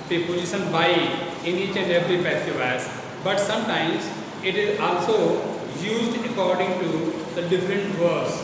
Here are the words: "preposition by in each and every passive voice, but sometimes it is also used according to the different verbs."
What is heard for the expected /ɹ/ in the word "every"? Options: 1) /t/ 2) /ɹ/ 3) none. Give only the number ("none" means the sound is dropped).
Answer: 2